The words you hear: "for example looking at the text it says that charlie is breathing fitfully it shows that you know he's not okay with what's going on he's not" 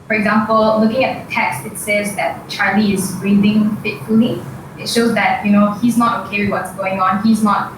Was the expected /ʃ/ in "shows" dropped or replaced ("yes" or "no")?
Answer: no